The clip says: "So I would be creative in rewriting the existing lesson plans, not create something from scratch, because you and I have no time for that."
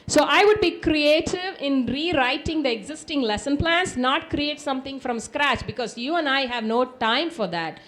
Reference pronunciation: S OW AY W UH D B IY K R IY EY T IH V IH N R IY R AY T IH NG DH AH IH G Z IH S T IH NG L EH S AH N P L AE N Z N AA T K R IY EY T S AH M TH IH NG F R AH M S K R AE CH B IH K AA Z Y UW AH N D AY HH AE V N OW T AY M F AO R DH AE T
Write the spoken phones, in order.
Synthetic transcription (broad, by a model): S OW AY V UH D B IY K R IY EY T IH V IH N R IY R AY T IH NG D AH IH G Z IH S T IH NG L EH S AH N P L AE N S N AA T K R IY EY T S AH M T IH NG F R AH M S K R AE CH B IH K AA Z Y UW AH N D AY HH AE V N OW T AY M F AO R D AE T